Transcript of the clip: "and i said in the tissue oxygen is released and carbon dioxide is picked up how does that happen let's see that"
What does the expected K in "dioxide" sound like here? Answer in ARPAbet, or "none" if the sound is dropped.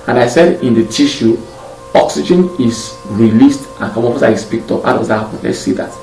none